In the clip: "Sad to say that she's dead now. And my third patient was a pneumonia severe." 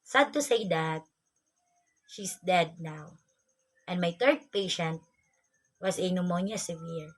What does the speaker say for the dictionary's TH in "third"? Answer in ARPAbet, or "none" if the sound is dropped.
T